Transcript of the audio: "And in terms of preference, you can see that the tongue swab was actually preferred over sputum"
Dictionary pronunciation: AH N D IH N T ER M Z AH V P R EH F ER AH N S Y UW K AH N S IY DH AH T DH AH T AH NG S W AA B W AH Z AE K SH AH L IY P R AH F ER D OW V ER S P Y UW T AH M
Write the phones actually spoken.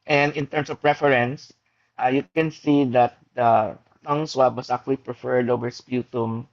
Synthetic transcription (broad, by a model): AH N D IH N T ER M S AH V P R EH F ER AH N S Y UW K AH N S IY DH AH T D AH T AH NG S W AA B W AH S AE K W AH L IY P R AH F ER D OW V ER S P Y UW T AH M